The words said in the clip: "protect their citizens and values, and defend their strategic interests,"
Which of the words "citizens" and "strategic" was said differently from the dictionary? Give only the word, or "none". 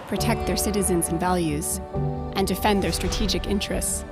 none